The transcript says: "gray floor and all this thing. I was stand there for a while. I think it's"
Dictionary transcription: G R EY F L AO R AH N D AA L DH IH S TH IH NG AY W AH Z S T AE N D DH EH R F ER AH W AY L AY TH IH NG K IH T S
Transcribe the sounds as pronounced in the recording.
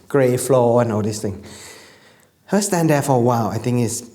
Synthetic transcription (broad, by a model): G R EY F L AO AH N AA L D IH S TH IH NG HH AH S T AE N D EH F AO AH W AY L AY T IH NG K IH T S